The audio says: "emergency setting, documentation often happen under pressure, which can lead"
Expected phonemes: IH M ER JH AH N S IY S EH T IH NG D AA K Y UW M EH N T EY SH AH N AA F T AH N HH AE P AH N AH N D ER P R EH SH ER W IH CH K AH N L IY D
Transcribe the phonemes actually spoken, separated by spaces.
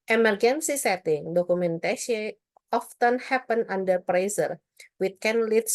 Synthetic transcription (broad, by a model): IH M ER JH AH N S IY S EH T IH NG D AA K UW M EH N T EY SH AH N AA F T AH N HH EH P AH N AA N D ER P R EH S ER W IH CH K AH N L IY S